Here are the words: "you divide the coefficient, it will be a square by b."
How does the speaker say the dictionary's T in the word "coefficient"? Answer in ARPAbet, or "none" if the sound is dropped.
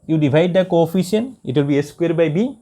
none